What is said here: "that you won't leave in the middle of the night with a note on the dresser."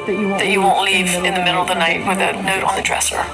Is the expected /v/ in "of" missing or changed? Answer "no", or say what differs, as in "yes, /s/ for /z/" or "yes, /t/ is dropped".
no